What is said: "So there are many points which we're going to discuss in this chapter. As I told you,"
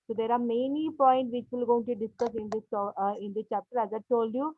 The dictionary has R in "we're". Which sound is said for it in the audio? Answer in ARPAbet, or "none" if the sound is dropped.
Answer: L